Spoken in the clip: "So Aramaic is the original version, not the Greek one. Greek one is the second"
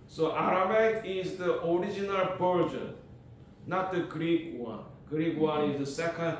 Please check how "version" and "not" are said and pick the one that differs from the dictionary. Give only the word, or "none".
version